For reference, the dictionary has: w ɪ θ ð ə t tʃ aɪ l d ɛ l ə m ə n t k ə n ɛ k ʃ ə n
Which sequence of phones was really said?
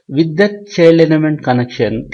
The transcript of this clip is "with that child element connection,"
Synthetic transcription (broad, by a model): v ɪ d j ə t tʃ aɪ l ʌ n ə m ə n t k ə n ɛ k ʃ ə n